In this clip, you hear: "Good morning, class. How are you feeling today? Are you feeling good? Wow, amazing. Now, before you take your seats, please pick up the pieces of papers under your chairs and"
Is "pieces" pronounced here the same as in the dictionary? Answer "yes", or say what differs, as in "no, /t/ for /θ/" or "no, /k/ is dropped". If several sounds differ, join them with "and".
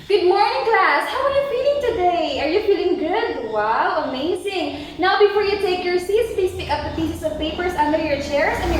no, /s/ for /z/